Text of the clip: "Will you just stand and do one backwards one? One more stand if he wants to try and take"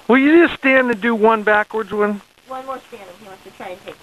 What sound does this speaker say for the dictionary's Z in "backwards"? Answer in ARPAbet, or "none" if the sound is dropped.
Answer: Z